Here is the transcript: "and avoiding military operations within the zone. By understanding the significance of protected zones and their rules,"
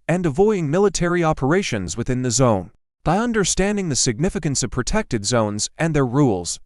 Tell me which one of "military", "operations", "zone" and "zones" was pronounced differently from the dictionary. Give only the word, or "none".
none